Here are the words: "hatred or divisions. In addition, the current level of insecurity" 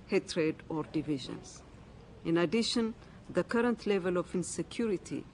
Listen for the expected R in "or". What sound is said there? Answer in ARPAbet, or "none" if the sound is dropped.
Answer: R